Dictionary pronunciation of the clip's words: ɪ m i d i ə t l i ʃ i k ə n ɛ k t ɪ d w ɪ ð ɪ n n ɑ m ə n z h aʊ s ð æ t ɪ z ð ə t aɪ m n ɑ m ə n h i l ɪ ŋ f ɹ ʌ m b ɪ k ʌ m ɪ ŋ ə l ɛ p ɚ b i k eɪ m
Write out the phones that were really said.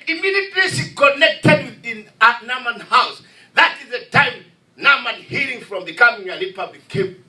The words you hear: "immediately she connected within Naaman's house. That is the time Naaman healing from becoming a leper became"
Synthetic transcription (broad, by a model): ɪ m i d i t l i s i k ə n ɛ k t ɪ d w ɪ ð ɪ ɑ n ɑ m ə n h aʊ s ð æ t ɪ z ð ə t aɪ m n ɑ m ə n h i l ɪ ŋ f ɹ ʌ m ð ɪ k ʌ m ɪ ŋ ə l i p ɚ b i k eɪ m